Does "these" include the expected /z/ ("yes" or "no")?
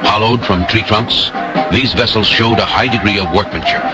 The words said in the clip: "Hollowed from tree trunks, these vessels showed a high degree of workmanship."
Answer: yes